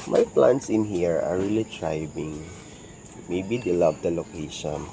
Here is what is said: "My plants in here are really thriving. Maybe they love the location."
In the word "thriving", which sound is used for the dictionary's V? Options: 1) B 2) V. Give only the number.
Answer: 1